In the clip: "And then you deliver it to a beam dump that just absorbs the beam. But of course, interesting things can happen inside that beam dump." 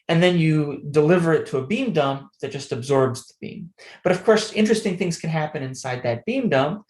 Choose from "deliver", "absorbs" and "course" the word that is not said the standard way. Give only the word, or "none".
none